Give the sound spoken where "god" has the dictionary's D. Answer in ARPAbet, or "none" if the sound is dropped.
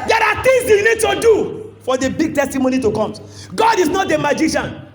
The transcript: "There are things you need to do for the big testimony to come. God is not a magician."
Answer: D